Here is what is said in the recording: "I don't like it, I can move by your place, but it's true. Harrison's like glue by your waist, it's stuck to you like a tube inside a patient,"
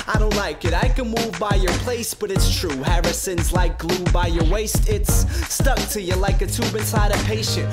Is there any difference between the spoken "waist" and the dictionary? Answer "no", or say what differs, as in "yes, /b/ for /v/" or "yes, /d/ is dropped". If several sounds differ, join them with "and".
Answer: no